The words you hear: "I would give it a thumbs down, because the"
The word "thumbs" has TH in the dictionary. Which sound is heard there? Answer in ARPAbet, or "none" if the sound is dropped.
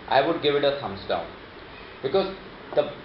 S